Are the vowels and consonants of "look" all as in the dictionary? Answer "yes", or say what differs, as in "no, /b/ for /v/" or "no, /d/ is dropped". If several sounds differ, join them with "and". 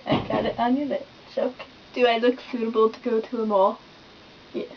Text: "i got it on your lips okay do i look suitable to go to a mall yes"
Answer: yes